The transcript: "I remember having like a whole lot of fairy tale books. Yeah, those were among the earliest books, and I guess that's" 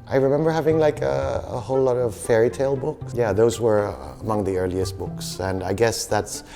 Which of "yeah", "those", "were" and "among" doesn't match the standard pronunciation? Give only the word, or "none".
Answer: none